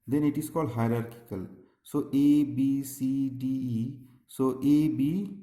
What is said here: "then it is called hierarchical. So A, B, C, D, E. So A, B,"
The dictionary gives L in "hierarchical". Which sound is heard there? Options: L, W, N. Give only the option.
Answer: L